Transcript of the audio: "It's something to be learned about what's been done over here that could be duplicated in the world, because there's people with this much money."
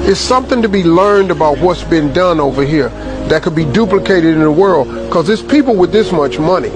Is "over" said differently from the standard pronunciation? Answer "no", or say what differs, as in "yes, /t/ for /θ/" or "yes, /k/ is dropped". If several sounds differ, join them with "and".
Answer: no